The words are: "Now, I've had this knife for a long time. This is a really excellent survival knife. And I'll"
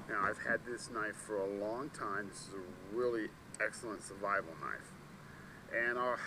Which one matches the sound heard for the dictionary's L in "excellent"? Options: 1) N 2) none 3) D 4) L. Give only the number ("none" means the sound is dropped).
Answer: 4